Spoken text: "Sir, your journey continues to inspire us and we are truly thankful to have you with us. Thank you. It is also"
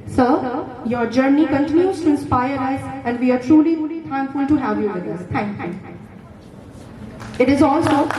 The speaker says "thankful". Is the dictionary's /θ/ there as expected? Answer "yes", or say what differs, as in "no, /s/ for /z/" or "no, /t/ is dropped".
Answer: no, /t/ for /θ/